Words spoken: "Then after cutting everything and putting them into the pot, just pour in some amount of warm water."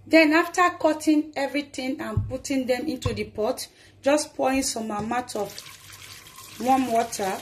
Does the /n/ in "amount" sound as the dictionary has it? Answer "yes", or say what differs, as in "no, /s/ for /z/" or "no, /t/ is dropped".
no, /n/ is dropped